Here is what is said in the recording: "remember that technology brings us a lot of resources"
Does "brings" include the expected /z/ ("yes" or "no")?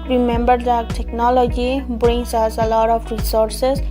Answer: no